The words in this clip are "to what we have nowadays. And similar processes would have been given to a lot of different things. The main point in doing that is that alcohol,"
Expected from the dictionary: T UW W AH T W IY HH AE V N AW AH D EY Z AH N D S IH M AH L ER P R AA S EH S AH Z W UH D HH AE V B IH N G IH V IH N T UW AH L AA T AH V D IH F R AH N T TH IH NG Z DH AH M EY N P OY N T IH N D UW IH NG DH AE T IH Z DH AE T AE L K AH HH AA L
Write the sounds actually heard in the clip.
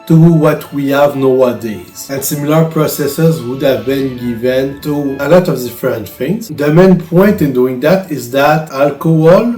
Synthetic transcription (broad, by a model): T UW W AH T W IY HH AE V N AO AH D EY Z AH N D S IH M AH L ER P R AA S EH S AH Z W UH D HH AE V B IH N G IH V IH N T UW AH L AA T AH V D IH F R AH N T F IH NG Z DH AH M EY N P OY N T IH N D UW IH NG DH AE T IH Z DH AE T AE L K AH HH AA L